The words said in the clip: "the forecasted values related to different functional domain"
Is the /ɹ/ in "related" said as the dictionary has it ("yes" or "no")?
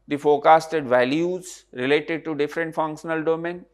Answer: yes